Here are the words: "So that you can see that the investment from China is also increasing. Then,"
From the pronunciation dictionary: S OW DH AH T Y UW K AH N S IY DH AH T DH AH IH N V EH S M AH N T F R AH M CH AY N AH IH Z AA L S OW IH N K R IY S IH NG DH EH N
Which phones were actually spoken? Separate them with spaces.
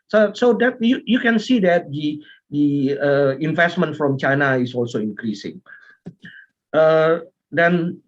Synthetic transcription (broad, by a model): S OW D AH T Y UW K AH N S IY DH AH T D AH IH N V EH S M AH N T F R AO M CH AY N AH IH S AA L S OW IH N K R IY S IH NG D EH N